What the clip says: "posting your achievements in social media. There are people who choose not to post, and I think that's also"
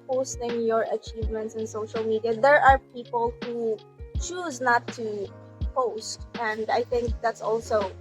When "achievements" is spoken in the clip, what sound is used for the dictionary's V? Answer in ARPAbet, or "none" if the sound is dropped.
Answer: V